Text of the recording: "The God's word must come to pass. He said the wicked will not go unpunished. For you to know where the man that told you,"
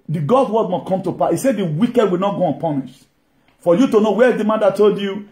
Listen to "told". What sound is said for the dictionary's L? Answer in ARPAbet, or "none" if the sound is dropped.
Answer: L